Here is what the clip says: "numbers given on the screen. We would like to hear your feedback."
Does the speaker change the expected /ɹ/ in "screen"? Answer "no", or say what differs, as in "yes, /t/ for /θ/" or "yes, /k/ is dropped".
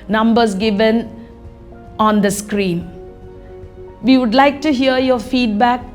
no